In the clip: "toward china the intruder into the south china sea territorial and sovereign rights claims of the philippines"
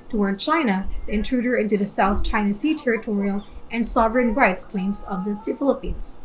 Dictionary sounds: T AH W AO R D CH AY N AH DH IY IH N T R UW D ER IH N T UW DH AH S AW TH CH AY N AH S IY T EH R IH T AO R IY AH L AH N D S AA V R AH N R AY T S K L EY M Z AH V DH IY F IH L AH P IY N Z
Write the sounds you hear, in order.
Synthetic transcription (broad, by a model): T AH W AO R D CH AY N AH DH IY IH N T R UW D ER IH N T UW DH AH S AW TH CH AY N AH S IY T EH R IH T AO R IY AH L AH N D S AA V R AH N R AY T S K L EY M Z AH V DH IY F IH L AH P IY N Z